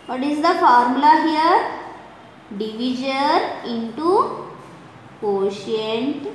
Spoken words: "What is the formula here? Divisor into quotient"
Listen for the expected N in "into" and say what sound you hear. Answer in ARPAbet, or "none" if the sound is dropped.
N